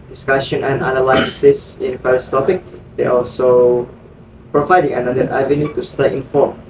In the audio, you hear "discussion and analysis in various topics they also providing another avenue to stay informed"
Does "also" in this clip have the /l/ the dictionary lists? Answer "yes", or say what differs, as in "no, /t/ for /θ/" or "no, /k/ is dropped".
yes